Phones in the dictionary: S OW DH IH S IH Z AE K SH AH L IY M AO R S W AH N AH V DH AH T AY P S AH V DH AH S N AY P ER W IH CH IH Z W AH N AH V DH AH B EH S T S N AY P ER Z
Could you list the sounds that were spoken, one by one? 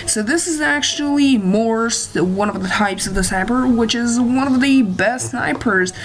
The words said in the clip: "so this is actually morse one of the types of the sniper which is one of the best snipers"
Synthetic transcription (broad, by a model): S OW DH IH S IH Z AE K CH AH L IY M AO R S W AH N AH V DH AH T AY P S AH V DH AH S AY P ER W IH CH IH Z W AH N AH V DH AH B EH S T S N AY P ER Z